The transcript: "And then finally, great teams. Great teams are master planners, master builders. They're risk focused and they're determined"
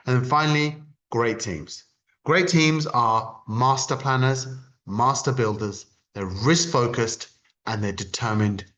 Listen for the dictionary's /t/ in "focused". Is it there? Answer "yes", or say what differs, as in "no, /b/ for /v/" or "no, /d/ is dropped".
yes